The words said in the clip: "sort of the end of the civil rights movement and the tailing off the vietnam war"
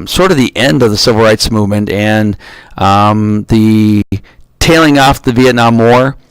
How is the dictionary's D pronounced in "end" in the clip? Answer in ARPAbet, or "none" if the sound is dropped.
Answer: D